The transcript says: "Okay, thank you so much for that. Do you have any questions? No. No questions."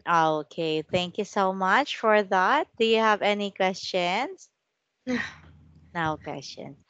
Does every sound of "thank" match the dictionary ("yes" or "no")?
yes